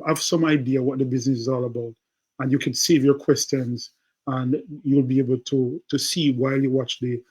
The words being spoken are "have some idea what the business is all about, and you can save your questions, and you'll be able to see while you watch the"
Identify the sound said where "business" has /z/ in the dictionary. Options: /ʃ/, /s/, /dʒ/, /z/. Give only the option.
/z/